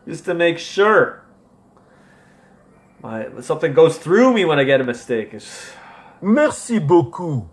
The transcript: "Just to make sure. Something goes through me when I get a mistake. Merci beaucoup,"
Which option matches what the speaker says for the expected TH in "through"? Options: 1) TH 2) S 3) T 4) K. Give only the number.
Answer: 1